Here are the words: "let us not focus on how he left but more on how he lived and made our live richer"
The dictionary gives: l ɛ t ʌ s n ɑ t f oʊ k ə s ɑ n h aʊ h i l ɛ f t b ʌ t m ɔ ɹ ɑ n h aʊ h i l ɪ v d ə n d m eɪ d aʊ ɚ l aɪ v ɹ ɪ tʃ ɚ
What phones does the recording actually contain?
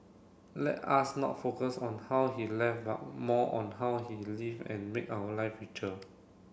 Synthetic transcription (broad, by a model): l ɛ t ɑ s n ɑ t f oʊ k ə s ɑ n h aʊ h i l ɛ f b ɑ t m ɔ ɑ n h aʊ h i l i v ə n m eɪ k aʊ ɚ l aɪ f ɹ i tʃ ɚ